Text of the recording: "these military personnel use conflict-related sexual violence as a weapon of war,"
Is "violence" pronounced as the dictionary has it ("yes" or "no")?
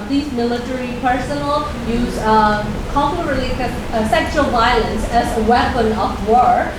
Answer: yes